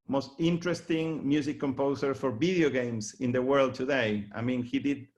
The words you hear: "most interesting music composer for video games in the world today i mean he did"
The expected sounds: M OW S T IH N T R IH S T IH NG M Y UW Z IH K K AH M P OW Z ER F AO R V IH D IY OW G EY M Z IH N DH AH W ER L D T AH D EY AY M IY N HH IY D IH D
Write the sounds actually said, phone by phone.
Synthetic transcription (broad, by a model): M OW S T IH N T R IH S T IH NG M Y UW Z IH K K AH M P OW S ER F AO R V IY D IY OW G EY M S IH N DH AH W ER L D T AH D EY AY M IY N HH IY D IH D